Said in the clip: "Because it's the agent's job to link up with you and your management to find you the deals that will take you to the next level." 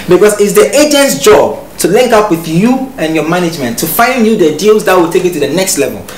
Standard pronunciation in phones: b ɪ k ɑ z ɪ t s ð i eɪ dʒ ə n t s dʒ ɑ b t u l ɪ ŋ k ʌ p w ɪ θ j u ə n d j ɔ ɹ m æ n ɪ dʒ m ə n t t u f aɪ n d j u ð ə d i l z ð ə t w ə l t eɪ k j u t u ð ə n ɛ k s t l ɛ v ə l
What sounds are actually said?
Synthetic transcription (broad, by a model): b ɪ k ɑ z ɪ t s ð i eɪ dʒ ə n t s dʒ ɑ b t u l ɪ ŋ k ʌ p w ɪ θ j u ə n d j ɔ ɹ m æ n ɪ dʒ m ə n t t u f aɪ n d j u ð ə d i l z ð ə t w ə l t eɪ k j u t u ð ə n ɛ k s t l ɛ v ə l